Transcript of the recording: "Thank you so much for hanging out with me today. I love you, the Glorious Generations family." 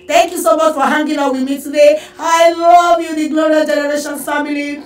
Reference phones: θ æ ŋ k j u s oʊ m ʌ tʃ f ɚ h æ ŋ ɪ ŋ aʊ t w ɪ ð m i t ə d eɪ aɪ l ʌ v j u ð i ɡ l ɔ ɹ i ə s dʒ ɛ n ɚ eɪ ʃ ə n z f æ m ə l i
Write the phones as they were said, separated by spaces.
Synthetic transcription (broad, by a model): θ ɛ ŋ k j u s oʊ m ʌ tʃ f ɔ h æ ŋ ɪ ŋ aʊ w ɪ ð m i t ə d eɪ aɪ l ʌ v j u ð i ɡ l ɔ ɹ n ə dʒ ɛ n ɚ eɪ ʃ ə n f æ m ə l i